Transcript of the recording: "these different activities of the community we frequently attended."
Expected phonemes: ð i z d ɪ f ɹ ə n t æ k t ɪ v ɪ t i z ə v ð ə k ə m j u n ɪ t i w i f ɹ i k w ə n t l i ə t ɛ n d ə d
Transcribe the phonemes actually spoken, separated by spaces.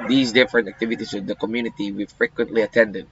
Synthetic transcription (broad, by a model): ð i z d ɪ f ɹ ə n t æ k t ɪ v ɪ t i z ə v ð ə k ə m j u n ɪ t i w i f ɹ i k w ə n t l i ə t ɛ n d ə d